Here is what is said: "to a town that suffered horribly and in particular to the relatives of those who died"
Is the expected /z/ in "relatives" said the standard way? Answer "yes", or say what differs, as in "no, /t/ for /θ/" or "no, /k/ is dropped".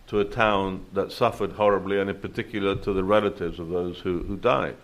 yes